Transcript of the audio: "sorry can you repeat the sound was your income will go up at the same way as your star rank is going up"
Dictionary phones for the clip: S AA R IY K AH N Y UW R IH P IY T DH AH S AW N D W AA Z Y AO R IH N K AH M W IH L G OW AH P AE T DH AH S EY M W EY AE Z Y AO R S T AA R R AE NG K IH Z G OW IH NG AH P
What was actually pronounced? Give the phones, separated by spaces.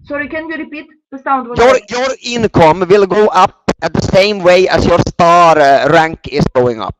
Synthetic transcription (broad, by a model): S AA R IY K AH N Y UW R IH P IY T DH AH S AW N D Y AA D Y AO R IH N K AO M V IH L G OW AH P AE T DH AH S EY M W EY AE S Y AO R S T AA R R AE NG K IH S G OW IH NG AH P